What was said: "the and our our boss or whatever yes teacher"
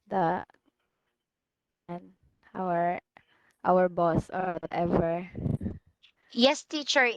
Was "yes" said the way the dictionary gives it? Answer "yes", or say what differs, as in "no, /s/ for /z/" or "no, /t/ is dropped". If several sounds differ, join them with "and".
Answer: yes